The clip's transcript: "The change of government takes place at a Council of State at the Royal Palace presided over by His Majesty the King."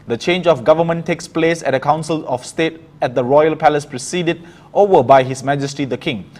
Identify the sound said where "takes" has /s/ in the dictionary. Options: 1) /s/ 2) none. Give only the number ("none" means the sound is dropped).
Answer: 1